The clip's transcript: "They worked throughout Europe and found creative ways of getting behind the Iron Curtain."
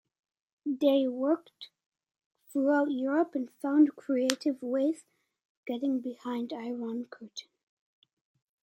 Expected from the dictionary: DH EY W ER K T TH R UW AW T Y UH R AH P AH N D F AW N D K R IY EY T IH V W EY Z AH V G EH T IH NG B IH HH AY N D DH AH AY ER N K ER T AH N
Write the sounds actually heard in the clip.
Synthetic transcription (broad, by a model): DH EY W ER K T TH R UW AW T Y UH R AH P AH N F AW N D K R IY EY T IH V W EY AH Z G EH T IH NG B IH HH AY N D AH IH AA N K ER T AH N